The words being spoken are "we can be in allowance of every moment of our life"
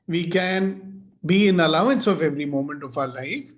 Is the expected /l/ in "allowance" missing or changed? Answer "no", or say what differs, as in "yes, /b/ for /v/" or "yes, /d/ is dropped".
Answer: no